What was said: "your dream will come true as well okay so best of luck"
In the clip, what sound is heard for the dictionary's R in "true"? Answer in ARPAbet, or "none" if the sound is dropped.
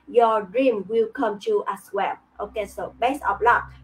none